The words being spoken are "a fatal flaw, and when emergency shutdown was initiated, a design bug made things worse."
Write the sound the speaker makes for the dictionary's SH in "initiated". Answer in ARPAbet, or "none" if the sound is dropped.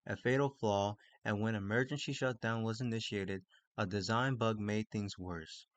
SH